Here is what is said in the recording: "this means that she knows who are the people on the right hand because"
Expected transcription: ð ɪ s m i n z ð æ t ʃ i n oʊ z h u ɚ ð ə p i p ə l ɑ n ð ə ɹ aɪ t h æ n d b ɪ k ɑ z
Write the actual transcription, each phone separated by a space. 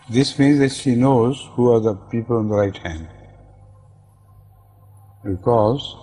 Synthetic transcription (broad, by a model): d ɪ s m i n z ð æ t ʃ i n oʊ z h u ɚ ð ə p i p ə l ɑ n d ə ɹ aɪ t h æ n d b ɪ k ɑ z